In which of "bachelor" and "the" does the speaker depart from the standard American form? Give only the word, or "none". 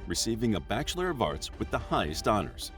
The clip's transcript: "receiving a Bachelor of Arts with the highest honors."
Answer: none